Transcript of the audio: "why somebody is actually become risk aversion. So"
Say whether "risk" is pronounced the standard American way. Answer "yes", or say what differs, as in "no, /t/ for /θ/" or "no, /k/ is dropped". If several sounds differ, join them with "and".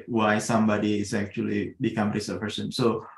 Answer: no, /k/ is dropped